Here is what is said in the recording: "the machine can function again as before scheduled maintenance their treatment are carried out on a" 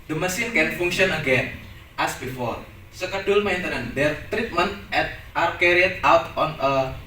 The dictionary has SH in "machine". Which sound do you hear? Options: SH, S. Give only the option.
S